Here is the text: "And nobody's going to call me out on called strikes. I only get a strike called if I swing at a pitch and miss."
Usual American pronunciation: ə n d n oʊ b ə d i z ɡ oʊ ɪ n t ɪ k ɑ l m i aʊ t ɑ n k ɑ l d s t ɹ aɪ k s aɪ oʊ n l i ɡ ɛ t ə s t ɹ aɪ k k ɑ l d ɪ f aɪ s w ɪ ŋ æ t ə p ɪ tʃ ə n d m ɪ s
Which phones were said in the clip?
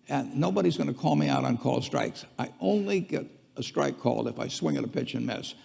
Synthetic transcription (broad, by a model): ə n n oʊ b ə d i z ɡ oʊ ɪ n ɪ k ɑ l m i aʊ t n k ɑ l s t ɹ aɪ k s aɪ oʊ n l i ɡ ɛ t ə s t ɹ aɪ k k ɑ l ɪ f aɪ s w ɪ ŋ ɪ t ə p ɪ tʃ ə n m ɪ s